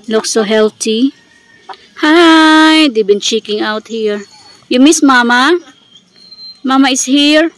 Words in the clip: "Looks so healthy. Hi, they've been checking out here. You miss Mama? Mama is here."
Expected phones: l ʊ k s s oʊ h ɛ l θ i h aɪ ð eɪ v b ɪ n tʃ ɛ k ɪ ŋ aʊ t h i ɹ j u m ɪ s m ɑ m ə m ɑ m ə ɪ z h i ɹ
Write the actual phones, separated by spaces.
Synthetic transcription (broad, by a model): l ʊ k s s oʊ h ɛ l t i h aɪ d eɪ b ɪ n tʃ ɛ k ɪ ŋ aʊ t h i ɹ j u m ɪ s m ɑ m ə m ɑ m ə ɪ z h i ɹ